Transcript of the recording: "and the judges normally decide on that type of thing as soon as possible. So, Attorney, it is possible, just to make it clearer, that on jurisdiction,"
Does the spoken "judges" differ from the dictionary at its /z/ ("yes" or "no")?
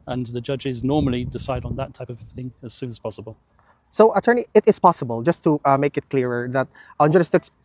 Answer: no